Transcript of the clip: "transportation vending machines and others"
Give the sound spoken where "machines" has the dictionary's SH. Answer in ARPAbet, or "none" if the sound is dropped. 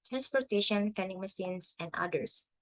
S